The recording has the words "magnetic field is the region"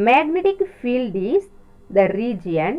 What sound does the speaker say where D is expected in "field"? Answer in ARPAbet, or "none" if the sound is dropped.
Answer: D